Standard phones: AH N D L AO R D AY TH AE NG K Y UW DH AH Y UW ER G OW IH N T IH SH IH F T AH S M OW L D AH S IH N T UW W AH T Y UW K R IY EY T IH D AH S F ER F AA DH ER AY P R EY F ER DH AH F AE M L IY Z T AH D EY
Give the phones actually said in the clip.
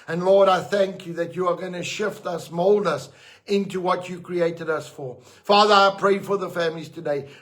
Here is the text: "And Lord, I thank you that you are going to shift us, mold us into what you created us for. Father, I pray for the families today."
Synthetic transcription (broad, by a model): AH N L AO R D AY TH AE NG K Y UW DH AH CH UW ER G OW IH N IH SH IH F T AH S M OW L D AH S IH N T UW W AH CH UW K R IY EY T IH D AH S F ER F AA DH ER AY P R EY F ER DH AH F AE M L IY Z T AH D EY